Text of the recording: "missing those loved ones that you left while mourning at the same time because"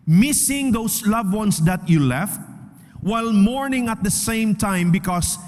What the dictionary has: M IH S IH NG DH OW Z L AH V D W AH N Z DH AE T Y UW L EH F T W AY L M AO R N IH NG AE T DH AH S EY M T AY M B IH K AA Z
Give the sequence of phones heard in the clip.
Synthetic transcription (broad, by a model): M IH S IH NG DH OW S L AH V W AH N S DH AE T Y UW L EH F T W AY L M AO R N IH NG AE T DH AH S EY M T AY M B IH K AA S